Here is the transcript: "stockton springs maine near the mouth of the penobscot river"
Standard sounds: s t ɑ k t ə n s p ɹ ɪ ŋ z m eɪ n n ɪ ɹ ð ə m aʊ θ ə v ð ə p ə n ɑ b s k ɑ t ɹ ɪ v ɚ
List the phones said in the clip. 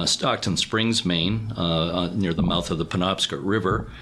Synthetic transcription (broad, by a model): s t ɑ k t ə n s p ɹ ɪ ŋ z m eɪ n n ɪ ɹ ð ə m aʊ θ ə v ð ə p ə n ɑ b s k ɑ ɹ ɹ ɪ v ɚ